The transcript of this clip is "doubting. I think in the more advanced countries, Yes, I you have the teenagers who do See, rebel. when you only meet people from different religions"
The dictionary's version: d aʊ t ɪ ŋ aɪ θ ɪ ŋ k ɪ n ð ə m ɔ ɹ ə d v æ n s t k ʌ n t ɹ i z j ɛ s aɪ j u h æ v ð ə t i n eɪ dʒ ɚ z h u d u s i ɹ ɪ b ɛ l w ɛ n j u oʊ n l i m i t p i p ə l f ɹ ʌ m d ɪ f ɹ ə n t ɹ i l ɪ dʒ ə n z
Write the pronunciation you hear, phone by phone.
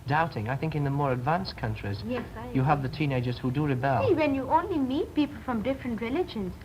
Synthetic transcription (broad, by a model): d aʊ t ɪ ŋ aɪ θ ɪ ŋ k ɪ n ð ə m ɔ ɹ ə d v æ n s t k ʌ n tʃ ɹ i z j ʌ ʌ v ð ə t i n eɪ dʒ ɚ z h u d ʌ ɹ ɪ b ɛ l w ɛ n j u oʊ n l i m i t p i p ə l f ɹ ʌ m d ɪ f ɹ ə n t ɹ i l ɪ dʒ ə n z